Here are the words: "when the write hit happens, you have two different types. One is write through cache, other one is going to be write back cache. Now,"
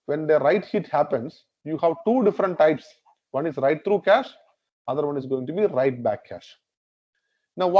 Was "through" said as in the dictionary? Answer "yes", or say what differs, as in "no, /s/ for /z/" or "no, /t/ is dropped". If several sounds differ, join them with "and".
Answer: no, /t/ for /θ/